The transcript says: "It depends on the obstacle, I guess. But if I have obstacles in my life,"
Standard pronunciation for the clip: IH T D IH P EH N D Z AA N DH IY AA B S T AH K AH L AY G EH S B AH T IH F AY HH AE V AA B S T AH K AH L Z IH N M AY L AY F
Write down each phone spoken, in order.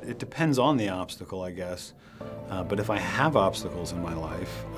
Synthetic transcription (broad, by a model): IH T D IH P EH N D Z N DH IY AA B S T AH K L AY G EH S B AH T IH F AY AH V AA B S T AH K L Z IH N M AY L AY F